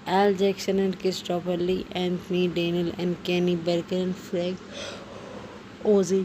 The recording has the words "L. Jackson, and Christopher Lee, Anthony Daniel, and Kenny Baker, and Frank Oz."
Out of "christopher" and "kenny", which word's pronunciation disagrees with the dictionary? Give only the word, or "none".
christopher